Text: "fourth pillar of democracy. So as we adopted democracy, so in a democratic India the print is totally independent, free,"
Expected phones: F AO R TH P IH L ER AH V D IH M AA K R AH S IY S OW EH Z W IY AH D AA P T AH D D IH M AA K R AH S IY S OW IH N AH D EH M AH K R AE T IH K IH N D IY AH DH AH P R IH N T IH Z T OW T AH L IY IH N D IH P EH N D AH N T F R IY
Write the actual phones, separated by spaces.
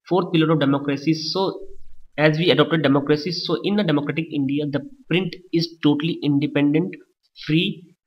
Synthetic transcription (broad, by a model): F AO R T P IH L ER AH V D IH M AA K R AH S IY S OW EH Z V IY AH D AA P T AH D D IH M AA K R AH S IY S OW IH N AH D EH M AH K R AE T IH K IH N D IY AH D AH P R IH N T IH Z T OW T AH L IY IH N D IH P EH N D AH N T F R IY